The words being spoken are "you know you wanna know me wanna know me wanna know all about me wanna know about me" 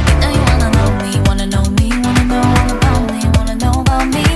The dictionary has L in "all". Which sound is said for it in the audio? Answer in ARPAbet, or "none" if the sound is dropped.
N